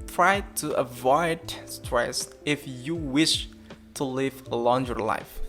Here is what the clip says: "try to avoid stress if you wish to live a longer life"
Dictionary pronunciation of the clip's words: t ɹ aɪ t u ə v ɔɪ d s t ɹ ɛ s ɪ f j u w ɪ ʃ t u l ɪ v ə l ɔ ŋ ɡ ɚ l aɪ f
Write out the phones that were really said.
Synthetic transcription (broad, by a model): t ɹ aɪ t u ə v ɔɪ d s t ɹ ɛ s ɪ f j u w ɪ ʃ t u l ɪ v ə l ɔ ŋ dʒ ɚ l aɪ f